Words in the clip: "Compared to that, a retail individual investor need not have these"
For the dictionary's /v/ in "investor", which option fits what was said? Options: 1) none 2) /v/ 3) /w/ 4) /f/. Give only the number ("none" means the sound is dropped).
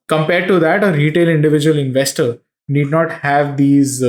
2